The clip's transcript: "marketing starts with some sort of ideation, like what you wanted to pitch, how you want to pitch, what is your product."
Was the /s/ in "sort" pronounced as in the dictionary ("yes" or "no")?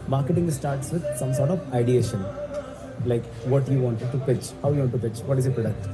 yes